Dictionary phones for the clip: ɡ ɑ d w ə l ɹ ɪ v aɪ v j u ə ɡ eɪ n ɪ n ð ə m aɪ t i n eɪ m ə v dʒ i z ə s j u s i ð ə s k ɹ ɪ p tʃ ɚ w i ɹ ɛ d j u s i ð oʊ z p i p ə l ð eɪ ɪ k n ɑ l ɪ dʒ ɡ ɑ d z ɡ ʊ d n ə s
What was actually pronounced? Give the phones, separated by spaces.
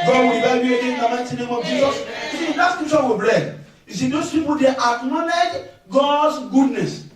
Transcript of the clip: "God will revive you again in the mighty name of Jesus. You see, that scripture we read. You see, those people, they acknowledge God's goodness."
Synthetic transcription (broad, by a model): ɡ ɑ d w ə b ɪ b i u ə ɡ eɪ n ɪ n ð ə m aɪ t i n eɪ m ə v dʒ i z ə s j u s i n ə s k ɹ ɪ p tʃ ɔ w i l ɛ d j u s i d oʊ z p i p ə l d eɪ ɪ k n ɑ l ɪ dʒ ɡ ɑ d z ɡ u d n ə s